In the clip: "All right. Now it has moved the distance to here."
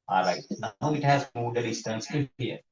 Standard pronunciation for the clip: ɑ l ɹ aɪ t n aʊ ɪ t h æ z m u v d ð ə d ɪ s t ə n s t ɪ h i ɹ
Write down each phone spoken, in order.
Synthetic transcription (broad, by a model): ɑ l aɪ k n aʊ ɪ t h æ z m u d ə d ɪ s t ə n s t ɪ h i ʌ